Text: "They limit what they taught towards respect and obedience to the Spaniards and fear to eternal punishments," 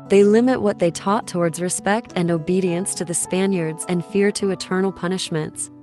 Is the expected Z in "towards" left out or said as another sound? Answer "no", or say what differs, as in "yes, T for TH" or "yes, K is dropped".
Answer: no